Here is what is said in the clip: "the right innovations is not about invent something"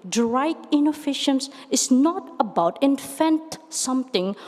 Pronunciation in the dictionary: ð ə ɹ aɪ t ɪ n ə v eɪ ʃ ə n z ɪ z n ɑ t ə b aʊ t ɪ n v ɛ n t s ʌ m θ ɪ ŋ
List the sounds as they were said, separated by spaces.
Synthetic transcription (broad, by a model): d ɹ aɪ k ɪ n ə f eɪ ʃ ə n s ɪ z n ɑ t ə b aʊ t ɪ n f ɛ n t s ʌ m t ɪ ŋ